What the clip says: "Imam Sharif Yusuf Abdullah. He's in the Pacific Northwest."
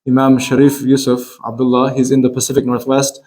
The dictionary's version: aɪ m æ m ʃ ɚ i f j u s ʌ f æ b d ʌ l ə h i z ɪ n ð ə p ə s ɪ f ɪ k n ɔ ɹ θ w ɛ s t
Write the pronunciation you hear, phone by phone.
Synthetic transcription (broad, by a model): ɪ m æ m ʃ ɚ i f j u s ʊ f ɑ b d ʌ l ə h i z ɪ n ð ə p ə s ɪ f ɪ k n ɔ ɹ θ w ɛ s t